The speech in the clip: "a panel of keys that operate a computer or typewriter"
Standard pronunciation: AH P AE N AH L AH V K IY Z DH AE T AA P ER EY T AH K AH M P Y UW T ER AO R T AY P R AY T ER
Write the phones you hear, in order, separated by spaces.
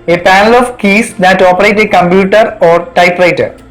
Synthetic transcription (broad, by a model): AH P AE N AH L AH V K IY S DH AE T AA P ER EY T AH K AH M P Y UW T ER AO R T AY P R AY T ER